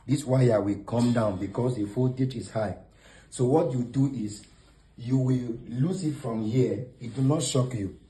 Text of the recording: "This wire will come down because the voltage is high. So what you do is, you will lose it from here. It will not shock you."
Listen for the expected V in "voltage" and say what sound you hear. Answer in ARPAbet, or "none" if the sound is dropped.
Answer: F